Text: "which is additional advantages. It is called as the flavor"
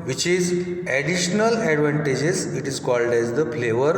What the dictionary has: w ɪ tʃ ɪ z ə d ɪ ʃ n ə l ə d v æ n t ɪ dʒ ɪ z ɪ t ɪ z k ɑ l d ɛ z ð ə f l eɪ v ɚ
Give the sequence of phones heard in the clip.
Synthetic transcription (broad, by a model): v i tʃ ɪ z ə d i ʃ n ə l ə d v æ n t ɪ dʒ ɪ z ɪ t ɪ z k ɑ l d ɛ z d ə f l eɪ v ɚ